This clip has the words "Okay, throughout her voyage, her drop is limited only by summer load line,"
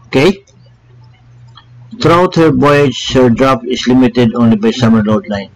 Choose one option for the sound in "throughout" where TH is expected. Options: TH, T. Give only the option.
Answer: T